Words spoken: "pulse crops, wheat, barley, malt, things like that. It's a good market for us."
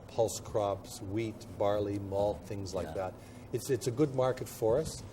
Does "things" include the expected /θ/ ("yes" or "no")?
yes